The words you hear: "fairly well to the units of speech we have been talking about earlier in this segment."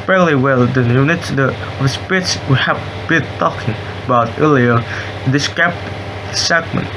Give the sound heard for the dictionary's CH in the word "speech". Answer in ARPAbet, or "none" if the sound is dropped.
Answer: S